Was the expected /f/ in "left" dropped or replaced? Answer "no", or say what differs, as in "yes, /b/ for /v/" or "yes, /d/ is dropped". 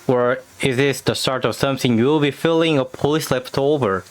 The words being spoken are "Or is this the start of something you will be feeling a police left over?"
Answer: yes, /p/ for /f/